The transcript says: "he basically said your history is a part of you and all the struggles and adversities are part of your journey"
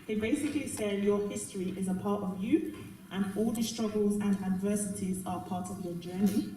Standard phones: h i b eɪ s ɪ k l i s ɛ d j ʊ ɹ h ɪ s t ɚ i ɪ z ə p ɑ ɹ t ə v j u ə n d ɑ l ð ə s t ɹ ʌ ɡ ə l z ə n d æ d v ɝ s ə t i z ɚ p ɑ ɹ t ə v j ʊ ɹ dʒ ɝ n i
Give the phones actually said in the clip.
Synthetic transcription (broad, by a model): h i b eɪ s ɪ k l i s ɛ d j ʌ h ɪ s t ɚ i ɪ z ə p ɑ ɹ t ə v j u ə n ɑ l ð ə s t ɹ ʌ ɡ ə l z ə n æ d v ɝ s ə t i z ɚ p ɑ t ə v j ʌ dʒ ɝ n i